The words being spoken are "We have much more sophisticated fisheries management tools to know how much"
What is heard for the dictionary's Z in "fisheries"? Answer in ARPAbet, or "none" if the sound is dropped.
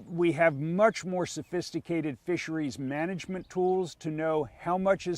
Z